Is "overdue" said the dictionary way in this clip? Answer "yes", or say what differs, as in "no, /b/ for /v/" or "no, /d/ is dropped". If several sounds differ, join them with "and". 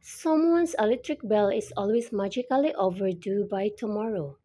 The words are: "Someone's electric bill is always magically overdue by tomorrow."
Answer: yes